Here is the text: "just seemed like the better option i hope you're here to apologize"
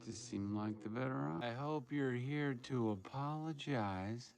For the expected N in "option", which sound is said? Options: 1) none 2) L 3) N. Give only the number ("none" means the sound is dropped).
1